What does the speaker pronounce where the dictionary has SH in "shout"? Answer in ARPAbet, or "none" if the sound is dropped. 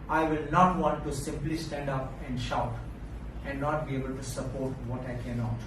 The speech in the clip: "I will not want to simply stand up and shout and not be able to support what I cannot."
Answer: SH